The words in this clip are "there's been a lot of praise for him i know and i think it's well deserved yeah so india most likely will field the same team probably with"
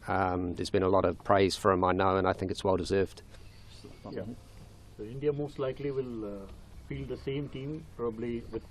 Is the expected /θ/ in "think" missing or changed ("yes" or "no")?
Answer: no